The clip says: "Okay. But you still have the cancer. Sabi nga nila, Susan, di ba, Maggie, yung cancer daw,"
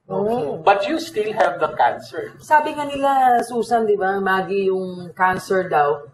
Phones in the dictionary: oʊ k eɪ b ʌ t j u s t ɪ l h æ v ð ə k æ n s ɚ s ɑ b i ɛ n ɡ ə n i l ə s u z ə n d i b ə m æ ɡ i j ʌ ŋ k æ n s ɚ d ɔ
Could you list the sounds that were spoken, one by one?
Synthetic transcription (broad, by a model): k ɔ b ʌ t j u s t ɪ l h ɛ v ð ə k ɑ n s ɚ s ɑ b i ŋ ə n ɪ l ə s u s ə n d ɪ b ə m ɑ ɡ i j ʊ ŋ k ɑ n s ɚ d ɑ